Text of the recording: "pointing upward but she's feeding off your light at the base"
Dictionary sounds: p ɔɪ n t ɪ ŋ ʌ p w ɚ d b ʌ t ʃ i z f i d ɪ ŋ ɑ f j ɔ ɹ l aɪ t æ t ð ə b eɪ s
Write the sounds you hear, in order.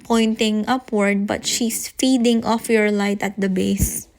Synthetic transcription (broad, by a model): p ɔɪ n t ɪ ŋ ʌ p w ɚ d b ʌ t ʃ i s f i d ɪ ŋ ɑ f j ɔ ɹ l aɪ t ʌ t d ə b eɪ s